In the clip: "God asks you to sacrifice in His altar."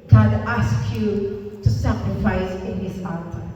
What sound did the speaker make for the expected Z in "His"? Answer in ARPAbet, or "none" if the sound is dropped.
S